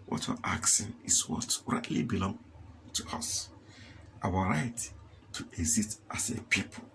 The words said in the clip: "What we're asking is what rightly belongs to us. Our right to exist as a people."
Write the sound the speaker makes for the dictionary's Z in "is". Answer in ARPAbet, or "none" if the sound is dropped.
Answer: S